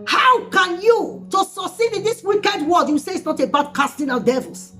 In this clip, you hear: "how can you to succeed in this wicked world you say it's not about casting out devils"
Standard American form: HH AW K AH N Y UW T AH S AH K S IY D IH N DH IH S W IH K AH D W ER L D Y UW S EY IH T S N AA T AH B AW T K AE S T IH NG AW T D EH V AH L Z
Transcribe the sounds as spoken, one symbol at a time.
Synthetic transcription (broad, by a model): HH AW K AH N Y UW T AH S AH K S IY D IH N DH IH S W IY K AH D W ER D Y UW S EY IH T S N AA T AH B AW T K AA S T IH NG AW D EH V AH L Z